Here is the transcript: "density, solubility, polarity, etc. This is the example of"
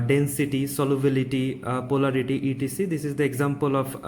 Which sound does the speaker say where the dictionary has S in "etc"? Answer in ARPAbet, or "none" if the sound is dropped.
none